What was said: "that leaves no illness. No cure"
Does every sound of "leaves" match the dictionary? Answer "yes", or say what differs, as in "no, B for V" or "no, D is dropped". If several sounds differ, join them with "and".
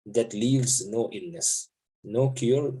yes